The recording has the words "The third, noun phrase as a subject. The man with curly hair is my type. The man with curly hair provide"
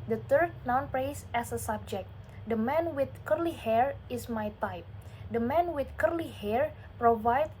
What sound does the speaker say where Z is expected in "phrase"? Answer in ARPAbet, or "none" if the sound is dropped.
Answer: S